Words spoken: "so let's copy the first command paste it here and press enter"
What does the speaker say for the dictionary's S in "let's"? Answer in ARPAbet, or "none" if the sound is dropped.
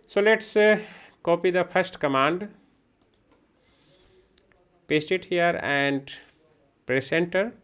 S